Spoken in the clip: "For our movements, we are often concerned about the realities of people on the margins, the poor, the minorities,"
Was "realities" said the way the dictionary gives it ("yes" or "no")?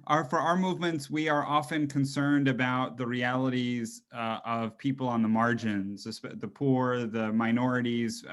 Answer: yes